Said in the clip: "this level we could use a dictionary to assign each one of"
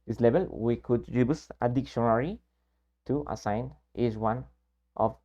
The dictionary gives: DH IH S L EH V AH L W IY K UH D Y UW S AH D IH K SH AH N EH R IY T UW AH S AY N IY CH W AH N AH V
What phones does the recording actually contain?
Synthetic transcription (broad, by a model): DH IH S L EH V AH L W IY K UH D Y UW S AH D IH K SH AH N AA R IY T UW AH S AY N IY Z W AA N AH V